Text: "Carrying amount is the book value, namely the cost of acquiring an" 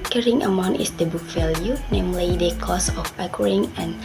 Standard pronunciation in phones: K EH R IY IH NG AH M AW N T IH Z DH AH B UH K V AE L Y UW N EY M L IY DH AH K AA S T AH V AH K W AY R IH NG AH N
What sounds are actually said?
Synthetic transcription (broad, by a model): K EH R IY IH NG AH M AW N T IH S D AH B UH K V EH L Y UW N EY M L IY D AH K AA S AH F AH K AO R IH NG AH N